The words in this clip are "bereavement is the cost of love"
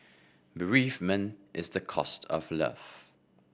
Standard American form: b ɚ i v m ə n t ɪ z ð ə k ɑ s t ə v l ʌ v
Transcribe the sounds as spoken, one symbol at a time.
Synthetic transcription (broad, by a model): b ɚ i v m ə n t ɪ z ð ə k ɑ s t ə v l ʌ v